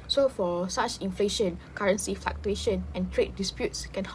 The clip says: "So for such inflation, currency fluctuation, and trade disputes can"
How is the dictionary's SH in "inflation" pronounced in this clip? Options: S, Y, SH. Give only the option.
SH